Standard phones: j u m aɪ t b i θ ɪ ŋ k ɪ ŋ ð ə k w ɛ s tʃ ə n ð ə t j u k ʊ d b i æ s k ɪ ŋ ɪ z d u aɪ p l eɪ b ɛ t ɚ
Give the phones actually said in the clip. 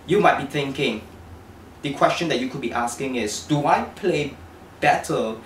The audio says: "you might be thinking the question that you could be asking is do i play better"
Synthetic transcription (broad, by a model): j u m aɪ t b i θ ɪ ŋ k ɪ ŋ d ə k w ɛ s tʃ ə n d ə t j u k ʊ d b i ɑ s k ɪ ŋ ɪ s d u aɪ p l eɪ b ɛ t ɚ